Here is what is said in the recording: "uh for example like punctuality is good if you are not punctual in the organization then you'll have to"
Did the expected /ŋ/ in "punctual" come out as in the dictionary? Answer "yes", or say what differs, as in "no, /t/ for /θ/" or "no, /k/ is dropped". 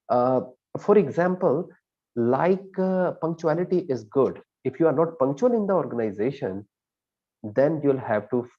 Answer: yes